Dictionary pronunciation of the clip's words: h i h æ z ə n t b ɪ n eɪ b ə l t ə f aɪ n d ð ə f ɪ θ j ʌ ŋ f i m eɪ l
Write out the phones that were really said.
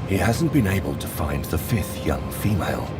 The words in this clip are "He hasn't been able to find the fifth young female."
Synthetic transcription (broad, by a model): h i h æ z n b ɪ n eɪ b ə l t ə f aɪ n ð ə f ɪ θ j ʌ ŋ f i m eɪ l